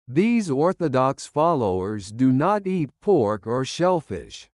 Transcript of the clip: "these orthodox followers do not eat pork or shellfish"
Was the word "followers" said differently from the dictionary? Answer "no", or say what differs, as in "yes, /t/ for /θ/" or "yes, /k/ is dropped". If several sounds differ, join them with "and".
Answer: no